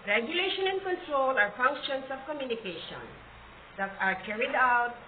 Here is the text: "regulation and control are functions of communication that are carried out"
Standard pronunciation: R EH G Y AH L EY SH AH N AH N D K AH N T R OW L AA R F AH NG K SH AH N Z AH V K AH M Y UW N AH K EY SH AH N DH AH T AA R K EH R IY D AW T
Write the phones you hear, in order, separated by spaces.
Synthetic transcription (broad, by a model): R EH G Y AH L EY SH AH N AH N D K AH N T R OW L AA R F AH NG K SH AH N S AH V K AH M Y UW N AH K EY SH AH N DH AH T AA R K EH R IY D AW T